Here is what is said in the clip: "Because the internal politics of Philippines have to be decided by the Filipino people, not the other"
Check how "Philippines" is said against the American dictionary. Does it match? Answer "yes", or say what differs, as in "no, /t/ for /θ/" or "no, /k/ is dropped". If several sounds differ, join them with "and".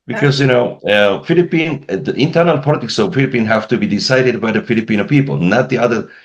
no, /z/ is dropped